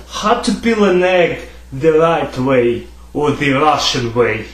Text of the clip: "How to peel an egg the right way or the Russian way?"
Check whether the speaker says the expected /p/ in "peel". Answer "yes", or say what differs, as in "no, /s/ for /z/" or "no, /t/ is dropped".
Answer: no, /b/ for /p/